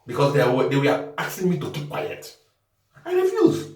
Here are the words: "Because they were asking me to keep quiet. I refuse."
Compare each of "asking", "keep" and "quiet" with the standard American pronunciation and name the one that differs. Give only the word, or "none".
asking